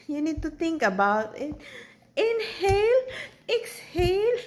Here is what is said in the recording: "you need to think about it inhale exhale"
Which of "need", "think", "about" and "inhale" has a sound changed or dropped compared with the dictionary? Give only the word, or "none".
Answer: think